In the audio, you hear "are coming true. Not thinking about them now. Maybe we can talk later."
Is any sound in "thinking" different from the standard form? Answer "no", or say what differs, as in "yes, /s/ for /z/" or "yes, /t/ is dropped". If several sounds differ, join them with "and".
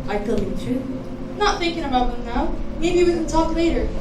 no